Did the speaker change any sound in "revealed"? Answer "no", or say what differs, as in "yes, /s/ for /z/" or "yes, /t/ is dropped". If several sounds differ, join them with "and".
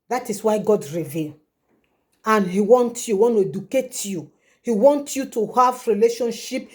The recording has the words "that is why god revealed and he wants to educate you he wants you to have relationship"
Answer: yes, /d/ is dropped